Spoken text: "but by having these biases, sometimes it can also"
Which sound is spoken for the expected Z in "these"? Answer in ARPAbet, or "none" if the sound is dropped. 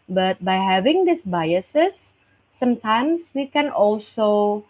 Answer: S